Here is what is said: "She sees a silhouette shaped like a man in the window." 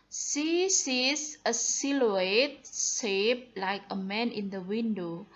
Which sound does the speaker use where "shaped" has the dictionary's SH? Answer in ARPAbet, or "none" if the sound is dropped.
S